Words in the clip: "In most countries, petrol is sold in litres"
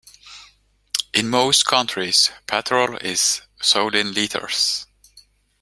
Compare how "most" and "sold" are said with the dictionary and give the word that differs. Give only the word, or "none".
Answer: sold